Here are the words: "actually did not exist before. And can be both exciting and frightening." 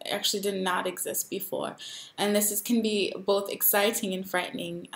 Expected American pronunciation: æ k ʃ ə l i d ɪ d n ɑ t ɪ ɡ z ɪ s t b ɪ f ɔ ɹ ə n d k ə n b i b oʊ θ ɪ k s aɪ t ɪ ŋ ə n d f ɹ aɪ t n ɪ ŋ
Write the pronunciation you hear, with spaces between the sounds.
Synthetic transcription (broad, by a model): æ k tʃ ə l i d ɪ d n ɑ t ɪ ɡ z ɪ s t b ɪ f ɔ ɹ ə n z k ə n b i b oʊ θ ɪ k s aɪ t ɪ ŋ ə n f ɹ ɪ t n ɪ ŋ